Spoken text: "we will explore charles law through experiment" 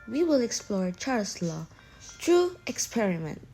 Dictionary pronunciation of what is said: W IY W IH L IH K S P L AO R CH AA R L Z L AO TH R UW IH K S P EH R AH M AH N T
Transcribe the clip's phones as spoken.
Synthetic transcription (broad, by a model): W IY W IH L IH K S P L AO R CH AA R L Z L AO T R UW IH K S P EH R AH M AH N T